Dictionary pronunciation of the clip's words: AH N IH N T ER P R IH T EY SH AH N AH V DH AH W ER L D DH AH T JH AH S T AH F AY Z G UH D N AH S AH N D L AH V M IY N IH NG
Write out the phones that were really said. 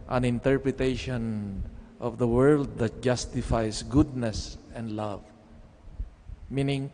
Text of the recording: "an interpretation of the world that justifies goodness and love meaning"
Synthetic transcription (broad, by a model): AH N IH N T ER P R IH T EY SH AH N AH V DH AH W ER L D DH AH T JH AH S T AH F AY S G UH D N AH S AH N D L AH V M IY N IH NG